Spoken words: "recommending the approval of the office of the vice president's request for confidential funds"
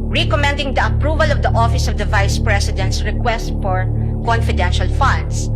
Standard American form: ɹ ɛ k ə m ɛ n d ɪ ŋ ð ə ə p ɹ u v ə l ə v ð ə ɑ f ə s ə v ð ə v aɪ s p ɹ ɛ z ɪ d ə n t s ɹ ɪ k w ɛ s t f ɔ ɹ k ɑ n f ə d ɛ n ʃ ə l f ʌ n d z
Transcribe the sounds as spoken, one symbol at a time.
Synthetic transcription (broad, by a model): ɹ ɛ k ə m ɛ n d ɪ ŋ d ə ə p ɹ u v ə l ə v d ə ɑ f ə s ə v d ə v aɪ s p ɹ ɛ s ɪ d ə n t s ɹ ɪ k w ɛ s t f ɔ ɹ k ɑ n f ə d ɛ n ʃ ə l f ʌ n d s